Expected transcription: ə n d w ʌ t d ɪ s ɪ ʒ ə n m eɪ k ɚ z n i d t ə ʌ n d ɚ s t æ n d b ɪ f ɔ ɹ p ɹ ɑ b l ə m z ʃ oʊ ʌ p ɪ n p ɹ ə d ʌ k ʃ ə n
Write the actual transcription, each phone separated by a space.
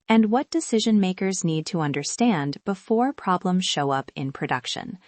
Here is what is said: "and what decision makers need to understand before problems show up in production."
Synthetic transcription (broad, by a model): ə n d w ʌ t d ɪ s ɪ ʒ ə n m eɪ k ɚ z n i d t ə ʌ n d ɚ s t æ n d b ɪ f ɔ ɹ p ɹ ɑ b l ə m z ʃ oʊ ʌ p ɪ n p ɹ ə d ʌ k ʃ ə n